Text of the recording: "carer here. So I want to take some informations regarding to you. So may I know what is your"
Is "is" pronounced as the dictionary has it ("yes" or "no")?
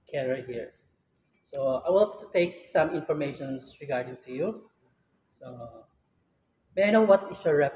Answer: no